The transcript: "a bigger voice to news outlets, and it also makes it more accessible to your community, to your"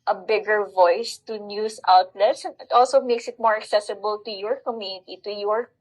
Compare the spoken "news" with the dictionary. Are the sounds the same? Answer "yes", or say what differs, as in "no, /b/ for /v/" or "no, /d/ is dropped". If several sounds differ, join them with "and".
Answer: no, /s/ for /z/